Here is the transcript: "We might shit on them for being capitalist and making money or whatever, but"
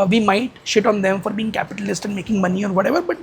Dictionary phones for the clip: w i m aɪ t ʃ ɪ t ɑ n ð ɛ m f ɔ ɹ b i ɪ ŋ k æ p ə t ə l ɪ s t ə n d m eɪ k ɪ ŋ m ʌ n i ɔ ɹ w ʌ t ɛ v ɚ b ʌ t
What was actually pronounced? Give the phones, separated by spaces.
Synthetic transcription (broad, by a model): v i m aɪ t ʃ ɪ t ɑ n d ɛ m f ɔ ɹ b i ɪ ŋ k æ p ə t ə l ɪ s t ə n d m eɪ k ɪ ŋ m ʌ n i ɔ ɹ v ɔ t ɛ v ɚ b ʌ t